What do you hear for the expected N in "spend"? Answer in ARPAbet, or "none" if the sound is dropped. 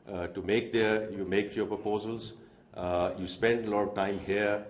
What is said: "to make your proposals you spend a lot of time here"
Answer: N